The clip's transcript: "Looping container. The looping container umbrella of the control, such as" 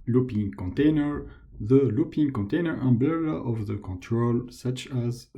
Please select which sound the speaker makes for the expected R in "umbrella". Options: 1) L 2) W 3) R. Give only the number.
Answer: 1